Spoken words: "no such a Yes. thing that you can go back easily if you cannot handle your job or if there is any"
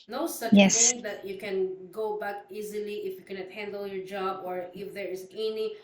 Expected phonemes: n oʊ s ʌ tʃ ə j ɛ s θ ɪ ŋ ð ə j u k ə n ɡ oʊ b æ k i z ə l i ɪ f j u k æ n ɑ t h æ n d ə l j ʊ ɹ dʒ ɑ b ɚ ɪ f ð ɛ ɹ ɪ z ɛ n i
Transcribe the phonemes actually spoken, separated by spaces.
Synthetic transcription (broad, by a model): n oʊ s ʌ tʃ j ɛ s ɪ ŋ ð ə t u k ə n ɡ oʊ b æ k i z ə l i ɪ f j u k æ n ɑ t h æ n d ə l j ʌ ɹ dʒ ɑ b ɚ ɪ f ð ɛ ɹ ɪ z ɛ n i